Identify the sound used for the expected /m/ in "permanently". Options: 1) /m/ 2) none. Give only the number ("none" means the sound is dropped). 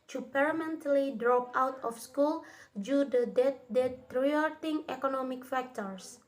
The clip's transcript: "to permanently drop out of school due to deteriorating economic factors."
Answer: 2